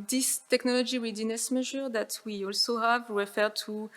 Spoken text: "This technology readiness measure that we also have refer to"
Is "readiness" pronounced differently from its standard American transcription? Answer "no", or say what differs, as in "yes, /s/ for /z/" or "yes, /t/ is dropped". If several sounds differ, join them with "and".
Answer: yes, /w/ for /ɹ/